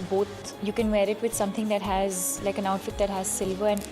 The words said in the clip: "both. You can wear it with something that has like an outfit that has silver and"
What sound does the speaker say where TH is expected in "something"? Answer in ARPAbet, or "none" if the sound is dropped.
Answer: T